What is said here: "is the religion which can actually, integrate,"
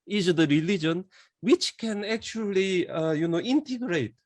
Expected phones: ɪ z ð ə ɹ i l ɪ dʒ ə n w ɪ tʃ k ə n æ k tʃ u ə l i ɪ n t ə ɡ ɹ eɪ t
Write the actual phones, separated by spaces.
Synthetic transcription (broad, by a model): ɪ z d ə ɹ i l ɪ dʒ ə n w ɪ tʃ k ə n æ k tʃ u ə n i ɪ n t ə ɡ ɹ eɪ t